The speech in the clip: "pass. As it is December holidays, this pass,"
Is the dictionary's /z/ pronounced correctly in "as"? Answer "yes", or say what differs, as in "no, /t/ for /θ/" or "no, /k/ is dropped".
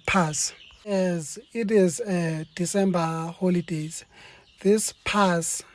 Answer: yes